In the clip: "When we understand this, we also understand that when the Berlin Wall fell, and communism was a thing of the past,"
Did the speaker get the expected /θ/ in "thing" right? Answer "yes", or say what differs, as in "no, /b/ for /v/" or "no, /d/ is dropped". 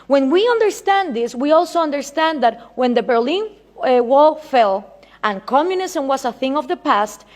yes